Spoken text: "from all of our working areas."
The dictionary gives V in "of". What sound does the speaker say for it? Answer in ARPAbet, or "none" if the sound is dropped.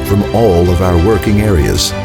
V